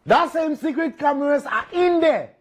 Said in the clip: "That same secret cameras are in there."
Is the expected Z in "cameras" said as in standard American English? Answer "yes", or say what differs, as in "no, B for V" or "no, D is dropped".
no, S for Z